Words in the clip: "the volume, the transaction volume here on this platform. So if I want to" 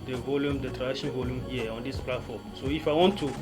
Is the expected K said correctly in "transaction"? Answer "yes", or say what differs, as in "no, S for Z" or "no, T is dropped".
no, K is dropped